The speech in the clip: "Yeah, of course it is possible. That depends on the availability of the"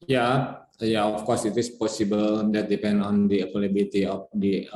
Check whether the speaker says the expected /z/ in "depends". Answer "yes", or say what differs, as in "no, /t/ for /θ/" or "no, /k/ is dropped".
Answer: no, /z/ is dropped